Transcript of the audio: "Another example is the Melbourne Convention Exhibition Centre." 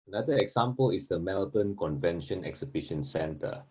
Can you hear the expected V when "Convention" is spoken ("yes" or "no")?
yes